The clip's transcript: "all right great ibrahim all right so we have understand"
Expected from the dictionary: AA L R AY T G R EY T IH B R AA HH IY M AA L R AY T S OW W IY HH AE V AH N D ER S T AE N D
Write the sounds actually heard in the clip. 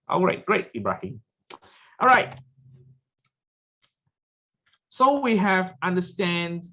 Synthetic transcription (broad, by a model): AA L R AY T G R EY T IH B R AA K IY AA L R AY T S OW W IY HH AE V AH N D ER S T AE N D